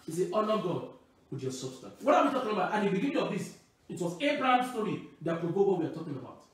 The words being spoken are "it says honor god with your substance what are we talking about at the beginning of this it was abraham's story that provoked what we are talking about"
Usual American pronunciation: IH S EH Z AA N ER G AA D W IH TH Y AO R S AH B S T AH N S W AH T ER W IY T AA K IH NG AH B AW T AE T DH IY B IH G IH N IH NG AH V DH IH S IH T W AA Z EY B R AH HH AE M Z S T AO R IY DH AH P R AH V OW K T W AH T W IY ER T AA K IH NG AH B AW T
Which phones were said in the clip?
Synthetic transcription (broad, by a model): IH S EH AA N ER G AA D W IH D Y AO S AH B S T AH N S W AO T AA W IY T AA K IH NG AH B AW T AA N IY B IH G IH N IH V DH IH S IH T W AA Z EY B R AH HH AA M S T AO R IY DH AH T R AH B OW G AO W IY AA T AA K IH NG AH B AW T